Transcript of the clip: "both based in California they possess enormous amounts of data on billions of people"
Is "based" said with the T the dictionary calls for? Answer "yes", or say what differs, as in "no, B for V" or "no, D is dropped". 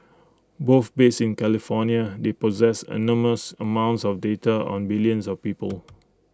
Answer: no, T is dropped